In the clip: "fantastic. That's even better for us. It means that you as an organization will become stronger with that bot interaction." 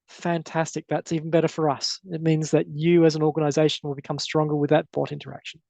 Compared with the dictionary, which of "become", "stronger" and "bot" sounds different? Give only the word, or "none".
none